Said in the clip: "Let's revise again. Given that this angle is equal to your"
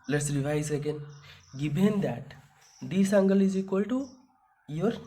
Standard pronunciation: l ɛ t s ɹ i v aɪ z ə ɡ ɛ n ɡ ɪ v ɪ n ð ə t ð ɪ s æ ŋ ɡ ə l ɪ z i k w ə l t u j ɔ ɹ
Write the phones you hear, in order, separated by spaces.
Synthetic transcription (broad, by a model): l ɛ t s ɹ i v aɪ s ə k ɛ n ɡ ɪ b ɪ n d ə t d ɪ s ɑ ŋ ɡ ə l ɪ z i k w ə l t u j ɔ ɹ